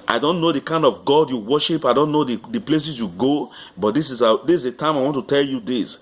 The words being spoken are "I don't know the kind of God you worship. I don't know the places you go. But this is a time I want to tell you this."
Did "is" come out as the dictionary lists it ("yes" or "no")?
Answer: no